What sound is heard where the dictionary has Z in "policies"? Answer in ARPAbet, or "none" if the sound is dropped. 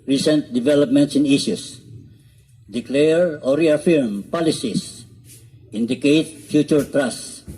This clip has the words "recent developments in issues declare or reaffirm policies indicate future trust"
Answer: S